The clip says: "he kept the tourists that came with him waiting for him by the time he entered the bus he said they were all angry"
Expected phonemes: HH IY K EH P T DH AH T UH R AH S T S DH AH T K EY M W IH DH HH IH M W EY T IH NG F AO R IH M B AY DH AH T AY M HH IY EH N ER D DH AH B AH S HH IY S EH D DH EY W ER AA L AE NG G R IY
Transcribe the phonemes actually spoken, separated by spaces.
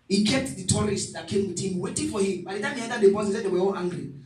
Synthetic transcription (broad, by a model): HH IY K EH P T DH AH T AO R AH S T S DH AH T K EY M W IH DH HH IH M W EY T IH NG F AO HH IH M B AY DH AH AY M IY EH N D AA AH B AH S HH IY S EH D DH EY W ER AA L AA NG G R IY